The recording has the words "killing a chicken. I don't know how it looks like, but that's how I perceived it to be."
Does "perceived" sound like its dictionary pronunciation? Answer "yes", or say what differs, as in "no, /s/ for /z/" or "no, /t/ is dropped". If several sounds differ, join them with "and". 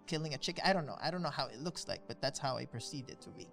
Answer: no, /v/ is dropped